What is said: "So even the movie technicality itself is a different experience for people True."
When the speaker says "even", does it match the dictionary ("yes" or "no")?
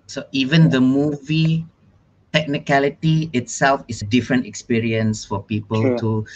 yes